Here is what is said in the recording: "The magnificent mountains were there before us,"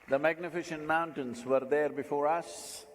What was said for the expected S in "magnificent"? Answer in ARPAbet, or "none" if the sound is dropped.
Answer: SH